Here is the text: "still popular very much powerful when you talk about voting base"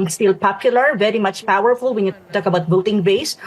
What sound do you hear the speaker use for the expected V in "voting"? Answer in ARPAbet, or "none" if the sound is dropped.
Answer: B